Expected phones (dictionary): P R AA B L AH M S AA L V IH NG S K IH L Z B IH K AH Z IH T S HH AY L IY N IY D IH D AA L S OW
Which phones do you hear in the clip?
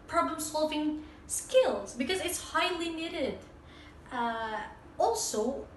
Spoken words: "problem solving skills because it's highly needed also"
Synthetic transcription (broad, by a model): P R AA B L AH M S AA L V IH NG S K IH L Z B IH K AH Z IH T S HH AY L IY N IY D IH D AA L S OW